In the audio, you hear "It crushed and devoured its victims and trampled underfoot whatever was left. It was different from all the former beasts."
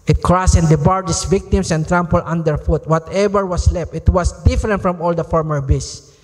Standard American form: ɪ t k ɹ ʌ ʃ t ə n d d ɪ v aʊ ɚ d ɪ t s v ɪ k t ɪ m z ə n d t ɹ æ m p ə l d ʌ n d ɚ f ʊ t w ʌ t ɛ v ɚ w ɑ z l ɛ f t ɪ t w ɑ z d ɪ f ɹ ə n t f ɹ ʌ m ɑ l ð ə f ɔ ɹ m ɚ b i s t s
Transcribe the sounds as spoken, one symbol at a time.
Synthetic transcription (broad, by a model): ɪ t k ɹ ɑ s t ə n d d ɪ b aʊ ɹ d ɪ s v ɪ k t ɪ m s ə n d t ɹ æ m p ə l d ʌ n d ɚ f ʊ t w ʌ t ɛ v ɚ w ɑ s l ɛ f t ɪ t w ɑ s d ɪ f ɹ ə n t f ɹ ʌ m ɑ l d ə f ɔ ɹ m ɚ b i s s